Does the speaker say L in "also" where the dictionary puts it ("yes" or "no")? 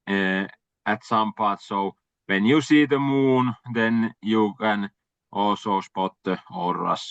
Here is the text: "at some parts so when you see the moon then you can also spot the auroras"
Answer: no